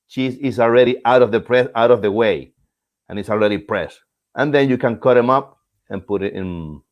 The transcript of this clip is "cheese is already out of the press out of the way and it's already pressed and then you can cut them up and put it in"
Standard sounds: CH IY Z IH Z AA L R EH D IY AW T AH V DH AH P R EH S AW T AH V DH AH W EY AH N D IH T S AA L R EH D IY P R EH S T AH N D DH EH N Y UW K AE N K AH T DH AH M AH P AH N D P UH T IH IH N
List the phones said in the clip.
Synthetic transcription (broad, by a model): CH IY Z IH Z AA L R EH D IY AW T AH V DH AH P R EH S AW T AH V DH AH W EY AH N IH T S AA L R EH D IY P R EH S T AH N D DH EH N Y UW K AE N K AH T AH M AH P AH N P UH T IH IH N